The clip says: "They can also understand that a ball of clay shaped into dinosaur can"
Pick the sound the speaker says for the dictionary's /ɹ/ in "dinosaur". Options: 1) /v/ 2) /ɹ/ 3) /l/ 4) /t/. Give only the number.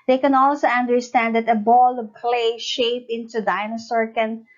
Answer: 2